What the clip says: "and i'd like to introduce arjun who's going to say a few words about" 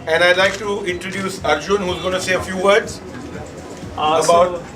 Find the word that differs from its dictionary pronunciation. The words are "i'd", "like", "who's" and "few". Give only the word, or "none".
none